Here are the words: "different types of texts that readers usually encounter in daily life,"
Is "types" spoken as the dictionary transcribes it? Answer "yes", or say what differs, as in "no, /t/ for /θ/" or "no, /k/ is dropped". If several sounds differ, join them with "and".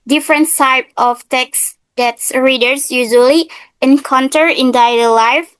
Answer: no, /s/ is dropped